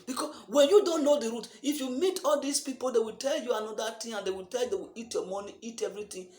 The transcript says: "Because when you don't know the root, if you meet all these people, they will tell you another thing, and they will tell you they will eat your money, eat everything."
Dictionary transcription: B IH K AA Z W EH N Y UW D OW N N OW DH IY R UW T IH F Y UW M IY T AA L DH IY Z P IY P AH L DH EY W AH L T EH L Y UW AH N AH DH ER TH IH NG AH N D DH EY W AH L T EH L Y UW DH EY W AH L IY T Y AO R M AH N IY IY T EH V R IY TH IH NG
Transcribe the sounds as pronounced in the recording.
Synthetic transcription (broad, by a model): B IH K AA W EH N Y UW D OW N N OW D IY R UW T IH F Y UW M IY T AA L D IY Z P IY P AH L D EY W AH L T EH L Y UW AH N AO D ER T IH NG AH N D EY W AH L T EH L Y UW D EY W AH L IY T Y AO M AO N IY IY T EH V R IY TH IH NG